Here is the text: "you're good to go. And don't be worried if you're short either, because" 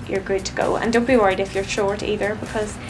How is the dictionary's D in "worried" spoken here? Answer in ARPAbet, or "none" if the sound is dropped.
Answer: D